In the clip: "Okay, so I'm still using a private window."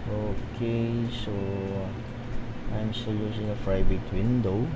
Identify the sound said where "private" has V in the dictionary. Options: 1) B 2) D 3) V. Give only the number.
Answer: 1